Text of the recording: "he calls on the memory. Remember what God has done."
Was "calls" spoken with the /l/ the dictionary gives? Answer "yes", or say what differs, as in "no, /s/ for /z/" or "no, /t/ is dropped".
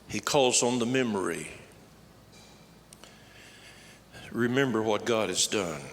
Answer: yes